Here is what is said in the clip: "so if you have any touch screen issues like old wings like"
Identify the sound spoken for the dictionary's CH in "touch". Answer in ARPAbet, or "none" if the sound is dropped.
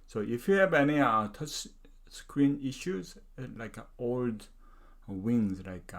S